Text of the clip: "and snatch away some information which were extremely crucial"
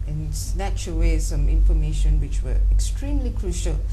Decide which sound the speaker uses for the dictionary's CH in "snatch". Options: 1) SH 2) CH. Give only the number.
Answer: 2